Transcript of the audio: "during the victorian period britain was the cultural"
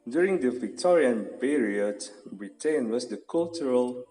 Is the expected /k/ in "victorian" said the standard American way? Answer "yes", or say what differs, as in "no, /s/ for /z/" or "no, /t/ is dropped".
yes